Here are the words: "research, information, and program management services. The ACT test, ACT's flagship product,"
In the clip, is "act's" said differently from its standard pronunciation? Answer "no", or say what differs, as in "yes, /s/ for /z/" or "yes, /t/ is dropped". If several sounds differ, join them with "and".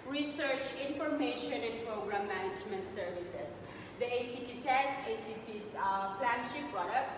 yes, /k/ is dropped